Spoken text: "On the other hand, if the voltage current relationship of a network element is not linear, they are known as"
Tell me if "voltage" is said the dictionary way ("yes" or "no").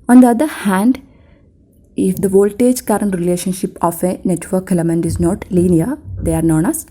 yes